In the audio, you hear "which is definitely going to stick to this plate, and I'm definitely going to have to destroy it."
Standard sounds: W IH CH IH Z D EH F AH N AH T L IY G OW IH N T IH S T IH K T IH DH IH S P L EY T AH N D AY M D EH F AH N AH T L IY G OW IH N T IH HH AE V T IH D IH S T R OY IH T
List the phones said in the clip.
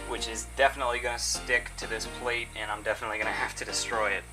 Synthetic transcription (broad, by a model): W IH CH IH Z D EH F AH N AH T L IY G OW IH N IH S T IH K T IH DH IH S P L EY T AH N AY M D EH F AH N AH T L IY G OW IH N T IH HH AE F T IH D IH S T R OY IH T